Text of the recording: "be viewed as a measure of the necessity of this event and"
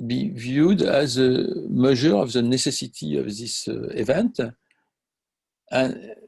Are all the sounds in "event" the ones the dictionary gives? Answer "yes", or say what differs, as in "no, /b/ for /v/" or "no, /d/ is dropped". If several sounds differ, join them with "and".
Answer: yes